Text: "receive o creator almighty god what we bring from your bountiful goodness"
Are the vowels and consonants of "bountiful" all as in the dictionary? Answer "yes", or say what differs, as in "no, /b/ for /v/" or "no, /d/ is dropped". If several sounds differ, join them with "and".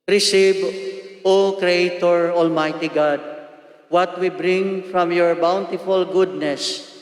yes